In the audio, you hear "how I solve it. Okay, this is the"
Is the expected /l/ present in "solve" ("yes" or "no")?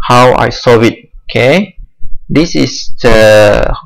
no